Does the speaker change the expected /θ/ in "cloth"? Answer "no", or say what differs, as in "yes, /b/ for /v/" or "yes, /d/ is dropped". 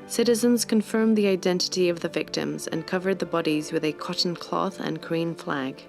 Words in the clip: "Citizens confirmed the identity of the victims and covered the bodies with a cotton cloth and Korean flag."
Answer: no